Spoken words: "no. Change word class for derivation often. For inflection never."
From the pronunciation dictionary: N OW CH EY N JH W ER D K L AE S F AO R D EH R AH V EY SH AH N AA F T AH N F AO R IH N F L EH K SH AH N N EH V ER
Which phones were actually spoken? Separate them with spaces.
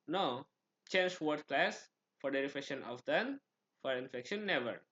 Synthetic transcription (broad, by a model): N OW CH EY N JH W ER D K L AE S F AO R D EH R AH F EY SH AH N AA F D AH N F AO R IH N F EH K SH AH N N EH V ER